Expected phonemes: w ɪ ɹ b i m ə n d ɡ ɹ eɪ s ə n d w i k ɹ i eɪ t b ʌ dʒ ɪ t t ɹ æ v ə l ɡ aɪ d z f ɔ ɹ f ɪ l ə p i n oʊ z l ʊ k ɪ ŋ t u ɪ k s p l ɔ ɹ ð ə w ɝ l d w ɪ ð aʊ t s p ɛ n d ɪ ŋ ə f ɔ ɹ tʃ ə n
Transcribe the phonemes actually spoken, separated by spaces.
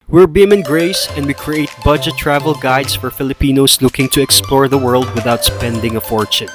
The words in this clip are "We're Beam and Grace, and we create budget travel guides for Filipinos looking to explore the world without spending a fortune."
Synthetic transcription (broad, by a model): w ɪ ɹ b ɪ m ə n ɡ ɹ eɪ s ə n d w i k ɹ i eɪ t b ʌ dʒ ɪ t t ɹ æ v ə l ɡ aɪ d s f ɔ ɹ f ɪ l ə p i n oʊ s l ʊ k ɪ ŋ t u ɪ k s p l ɔ ɹ ð ə w ɝ l d w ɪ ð aʊ t s p ɛ n d ɪ ŋ ə f ɔ ɹ tʃ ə n